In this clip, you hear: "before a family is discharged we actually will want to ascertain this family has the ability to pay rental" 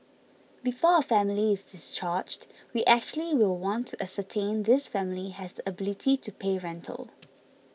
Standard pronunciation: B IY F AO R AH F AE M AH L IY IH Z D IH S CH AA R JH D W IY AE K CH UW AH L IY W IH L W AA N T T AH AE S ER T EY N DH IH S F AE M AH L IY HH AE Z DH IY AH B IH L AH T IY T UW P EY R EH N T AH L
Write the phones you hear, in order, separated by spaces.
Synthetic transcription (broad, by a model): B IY F AO AH F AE M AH L IY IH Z D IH S CH AA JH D W IY AE K CH UW AH L IY W IH L W AA N T T AH S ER T EY N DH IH S F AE M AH L IY HH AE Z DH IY AH B IH L AH T IY T UW P EY R EH N T AH L